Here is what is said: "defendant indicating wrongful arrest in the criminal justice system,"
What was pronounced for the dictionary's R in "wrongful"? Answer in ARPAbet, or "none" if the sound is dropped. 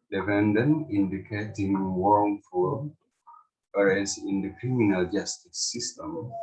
W